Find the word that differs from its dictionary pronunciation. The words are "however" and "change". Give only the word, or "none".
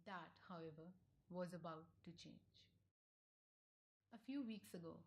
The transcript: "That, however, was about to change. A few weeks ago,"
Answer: none